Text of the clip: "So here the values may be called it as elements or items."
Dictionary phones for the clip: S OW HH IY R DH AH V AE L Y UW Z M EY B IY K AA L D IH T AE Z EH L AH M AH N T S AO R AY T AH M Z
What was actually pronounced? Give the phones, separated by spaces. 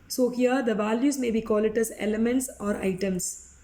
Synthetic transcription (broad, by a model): S OW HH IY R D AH V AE L Y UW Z M EY B IY K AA L IH T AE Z EH L AH M AH N T S AO R AY T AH M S